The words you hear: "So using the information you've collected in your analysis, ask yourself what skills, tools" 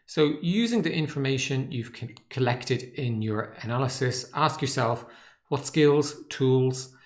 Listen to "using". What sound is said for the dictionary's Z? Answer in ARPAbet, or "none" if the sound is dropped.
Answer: Z